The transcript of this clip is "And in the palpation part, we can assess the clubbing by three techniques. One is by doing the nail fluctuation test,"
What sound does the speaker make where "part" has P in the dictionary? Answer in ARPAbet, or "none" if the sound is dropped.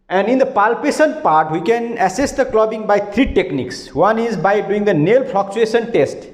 P